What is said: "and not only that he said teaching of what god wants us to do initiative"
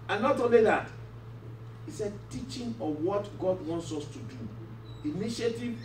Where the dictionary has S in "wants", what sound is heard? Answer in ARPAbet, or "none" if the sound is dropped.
S